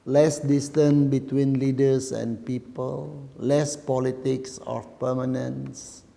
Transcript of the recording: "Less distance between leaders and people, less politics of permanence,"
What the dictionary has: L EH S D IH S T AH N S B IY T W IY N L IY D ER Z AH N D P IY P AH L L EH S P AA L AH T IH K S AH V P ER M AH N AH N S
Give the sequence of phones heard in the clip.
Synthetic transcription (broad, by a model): L EH S D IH S T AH N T B IY T W IY N L IY D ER S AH N P IY P AH L L EH S P AA L AH T IH K S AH F P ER M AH N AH N S